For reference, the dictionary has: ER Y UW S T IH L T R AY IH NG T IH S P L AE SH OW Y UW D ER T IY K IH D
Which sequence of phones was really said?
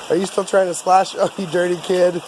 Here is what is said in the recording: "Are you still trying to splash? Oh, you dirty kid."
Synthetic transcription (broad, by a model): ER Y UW S T IH L T R AY IH NG T IH S L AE SH OW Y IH D ER T IY K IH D